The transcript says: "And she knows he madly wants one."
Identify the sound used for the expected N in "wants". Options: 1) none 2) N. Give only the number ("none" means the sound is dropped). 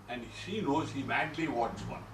1